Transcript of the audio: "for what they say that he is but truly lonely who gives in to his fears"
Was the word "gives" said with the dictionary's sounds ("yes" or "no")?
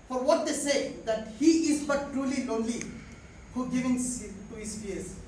no